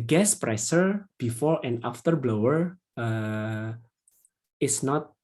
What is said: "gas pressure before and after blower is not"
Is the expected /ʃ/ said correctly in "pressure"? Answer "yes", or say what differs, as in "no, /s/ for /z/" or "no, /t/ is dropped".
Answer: no, /s/ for /ʃ/